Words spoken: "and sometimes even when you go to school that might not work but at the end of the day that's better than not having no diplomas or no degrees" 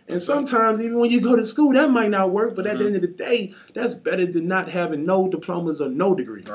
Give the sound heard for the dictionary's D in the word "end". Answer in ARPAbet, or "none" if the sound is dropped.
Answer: D